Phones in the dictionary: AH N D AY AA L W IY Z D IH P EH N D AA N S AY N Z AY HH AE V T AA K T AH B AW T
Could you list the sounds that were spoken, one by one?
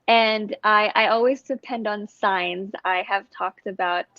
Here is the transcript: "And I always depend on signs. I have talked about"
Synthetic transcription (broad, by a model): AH N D AY AA L W IY Z D IH P EH N D N S AY N Z AY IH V T AA K T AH B AW T